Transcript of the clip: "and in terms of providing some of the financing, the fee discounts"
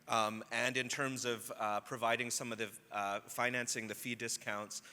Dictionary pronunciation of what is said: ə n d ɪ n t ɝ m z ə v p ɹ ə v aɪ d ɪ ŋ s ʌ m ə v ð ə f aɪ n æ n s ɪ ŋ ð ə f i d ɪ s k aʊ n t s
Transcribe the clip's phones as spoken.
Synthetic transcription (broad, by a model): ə n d ɪ n t ɝ m z ə v p ɹ ə v aɪ d ɪ ŋ s ʌ m ə v ð ə f aɪ n æ n s ɪ ŋ ð ə f i d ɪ s k aʊ n t s